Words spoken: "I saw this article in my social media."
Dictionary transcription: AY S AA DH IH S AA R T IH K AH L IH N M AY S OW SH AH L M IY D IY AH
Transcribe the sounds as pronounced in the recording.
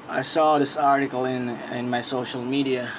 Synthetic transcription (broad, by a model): AY S AA DH IH S AA R T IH K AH N IH N M AY S OW SH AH L M IY D IY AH